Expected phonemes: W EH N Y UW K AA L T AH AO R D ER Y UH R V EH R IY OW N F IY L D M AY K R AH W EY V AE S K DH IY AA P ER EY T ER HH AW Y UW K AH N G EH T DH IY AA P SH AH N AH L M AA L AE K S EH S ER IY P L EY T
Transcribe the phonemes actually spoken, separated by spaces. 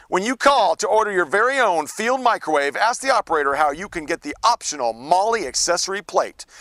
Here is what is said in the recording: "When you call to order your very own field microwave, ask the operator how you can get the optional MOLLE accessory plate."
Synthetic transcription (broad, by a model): W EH N Y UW K AA L T AH AO R D ER Y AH R V EH R IY OW N F IY L D M AY K R AH W EY V AE S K DH IY AA P ER EY T ER HH AW Y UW K AH N G EH T DH IY AA P SH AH N L M AA L AE K S EH S ER IY P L EY T